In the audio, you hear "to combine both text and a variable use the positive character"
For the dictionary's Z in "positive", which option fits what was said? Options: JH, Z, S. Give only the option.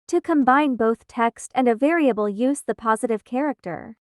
Z